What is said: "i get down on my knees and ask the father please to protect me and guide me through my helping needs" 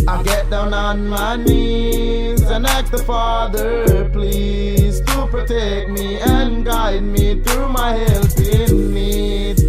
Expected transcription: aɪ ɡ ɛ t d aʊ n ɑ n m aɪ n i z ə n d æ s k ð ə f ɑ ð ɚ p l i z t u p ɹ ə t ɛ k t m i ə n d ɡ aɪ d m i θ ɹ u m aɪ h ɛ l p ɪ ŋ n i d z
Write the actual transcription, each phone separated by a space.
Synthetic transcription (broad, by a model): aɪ ɡ ɛ t d aʊ n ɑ n m aɪ n i z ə n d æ k ð ə f ɑ ð ɚ p l i z t u p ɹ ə t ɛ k m i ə n ɡ aɪ d m i θ ɹ u m aɪ h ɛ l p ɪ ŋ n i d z